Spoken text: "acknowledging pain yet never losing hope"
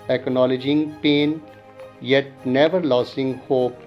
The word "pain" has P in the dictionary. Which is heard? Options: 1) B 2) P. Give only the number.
2